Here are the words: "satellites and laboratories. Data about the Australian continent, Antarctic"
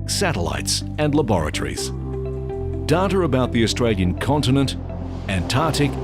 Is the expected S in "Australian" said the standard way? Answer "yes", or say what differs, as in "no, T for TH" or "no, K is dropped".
yes